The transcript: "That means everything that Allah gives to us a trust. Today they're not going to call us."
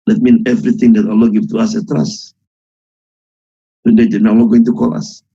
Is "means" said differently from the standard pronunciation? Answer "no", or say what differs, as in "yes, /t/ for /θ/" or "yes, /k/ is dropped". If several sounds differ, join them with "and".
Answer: yes, /z/ is dropped